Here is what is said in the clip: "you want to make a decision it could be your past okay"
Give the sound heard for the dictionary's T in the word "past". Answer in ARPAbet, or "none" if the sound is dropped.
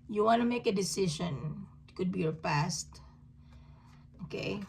T